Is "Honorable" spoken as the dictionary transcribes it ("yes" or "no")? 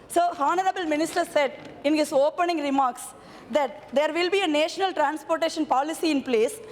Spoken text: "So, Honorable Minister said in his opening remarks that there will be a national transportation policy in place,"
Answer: yes